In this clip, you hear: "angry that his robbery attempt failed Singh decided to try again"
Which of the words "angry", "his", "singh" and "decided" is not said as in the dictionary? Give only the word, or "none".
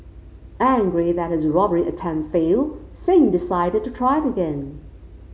none